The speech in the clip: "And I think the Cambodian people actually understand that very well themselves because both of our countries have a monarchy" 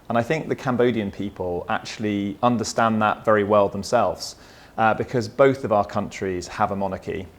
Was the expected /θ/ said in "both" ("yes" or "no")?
yes